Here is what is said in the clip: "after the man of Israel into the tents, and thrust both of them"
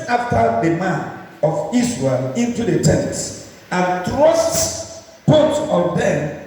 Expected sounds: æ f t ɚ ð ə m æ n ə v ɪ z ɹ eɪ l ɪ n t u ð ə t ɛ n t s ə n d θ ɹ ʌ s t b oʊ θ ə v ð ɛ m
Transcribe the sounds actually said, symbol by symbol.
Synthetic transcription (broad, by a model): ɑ f t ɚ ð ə m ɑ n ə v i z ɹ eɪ l ɪ n t u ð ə t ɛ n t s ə n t ɹ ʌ s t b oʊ t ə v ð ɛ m